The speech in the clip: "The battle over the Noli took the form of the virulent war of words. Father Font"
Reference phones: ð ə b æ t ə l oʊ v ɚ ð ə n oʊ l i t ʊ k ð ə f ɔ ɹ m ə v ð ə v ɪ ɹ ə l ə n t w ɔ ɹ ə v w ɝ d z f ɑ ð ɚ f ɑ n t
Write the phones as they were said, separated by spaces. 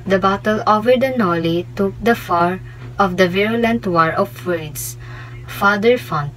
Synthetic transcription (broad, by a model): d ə b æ t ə l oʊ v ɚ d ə n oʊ l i t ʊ k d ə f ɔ ɹ ə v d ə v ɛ ɹ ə l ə n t w ɔ ɹ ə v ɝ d s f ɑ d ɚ f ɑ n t